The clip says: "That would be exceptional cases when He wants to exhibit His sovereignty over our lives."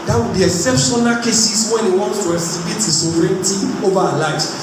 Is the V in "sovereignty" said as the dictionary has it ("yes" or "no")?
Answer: no